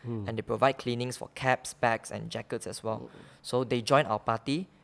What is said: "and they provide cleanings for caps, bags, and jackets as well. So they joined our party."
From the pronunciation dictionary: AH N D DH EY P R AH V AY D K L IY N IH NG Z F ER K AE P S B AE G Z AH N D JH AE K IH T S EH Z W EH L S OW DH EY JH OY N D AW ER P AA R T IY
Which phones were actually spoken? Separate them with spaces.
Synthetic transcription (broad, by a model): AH N D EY P R AH V AY D K L IY N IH NG S F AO K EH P S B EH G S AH N JH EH K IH T S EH S W EH L S OW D EY JH OY N AW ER P AA T IY